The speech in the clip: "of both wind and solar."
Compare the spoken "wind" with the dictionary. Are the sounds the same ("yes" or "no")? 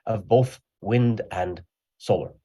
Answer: yes